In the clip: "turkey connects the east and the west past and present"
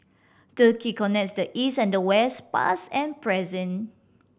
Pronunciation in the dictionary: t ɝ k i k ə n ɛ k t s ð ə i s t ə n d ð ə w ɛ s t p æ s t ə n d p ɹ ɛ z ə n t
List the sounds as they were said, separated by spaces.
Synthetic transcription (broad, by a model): t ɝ k i k ə n ɛ k t s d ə i s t ə n d ə w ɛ s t p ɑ s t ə n p ɹ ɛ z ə n